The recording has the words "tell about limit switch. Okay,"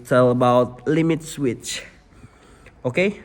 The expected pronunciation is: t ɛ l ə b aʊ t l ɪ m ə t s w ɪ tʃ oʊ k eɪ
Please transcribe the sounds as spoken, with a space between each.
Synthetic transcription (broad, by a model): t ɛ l ə b aʊ t l ɪ m ə t s w ɪ tʃ oʊ k eɪ